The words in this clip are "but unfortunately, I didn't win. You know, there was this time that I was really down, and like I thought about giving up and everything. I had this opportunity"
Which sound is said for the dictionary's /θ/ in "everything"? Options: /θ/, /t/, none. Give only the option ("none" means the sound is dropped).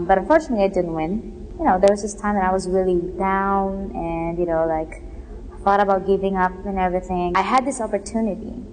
/θ/